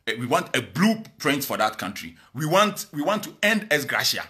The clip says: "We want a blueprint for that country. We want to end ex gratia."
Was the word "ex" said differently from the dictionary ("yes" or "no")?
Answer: yes